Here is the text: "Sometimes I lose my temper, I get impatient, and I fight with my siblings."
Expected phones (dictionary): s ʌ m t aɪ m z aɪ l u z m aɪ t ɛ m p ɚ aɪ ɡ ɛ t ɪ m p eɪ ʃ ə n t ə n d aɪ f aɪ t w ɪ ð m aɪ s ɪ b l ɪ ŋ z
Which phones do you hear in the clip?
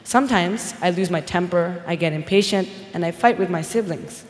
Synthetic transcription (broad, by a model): s ʌ m t aɪ m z aɪ l u z m aɪ t ɛ m p ɚ aɪ ɡ ɛ t ɪ m p eɪ ʃ ə n t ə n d aɪ f aɪ t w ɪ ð m aɪ s ɪ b l ɪ ŋ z